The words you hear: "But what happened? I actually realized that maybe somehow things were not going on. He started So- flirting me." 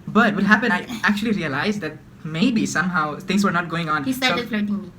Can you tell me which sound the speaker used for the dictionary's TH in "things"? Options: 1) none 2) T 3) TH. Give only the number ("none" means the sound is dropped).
2